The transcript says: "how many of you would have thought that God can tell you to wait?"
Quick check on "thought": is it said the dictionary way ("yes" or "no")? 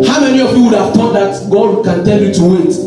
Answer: no